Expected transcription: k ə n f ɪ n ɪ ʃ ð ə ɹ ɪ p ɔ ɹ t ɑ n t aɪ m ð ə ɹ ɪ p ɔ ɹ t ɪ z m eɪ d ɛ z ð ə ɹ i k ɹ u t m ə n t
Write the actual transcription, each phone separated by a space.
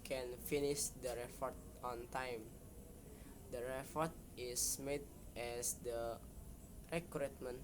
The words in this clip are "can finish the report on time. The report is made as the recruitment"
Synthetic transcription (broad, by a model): k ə n f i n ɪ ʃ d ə ɹ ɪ f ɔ ɹ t ɑ n t aɪ m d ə ɹ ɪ f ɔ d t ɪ s m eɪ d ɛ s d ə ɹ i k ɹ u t m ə n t